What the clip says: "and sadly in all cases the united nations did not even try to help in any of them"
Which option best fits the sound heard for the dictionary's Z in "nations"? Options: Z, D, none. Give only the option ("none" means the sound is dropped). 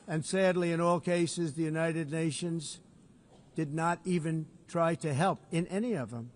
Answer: Z